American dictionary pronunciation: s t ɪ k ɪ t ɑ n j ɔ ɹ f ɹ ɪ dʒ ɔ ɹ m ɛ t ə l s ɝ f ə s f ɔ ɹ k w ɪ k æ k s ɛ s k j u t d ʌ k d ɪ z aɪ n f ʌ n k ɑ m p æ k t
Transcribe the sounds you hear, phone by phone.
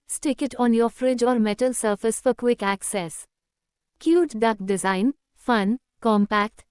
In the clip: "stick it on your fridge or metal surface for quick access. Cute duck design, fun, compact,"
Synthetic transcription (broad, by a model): s t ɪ k ɪ t ɑ n j ɔ ɹ f ɹ ɪ dʒ ɔ ɹ m ɛ t ə l s ɝ f ə s f ɔ ɹ k w ɪ k æ k s ɛ s k j u t d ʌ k d ɪ z aɪ n f ʌ n k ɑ m p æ k t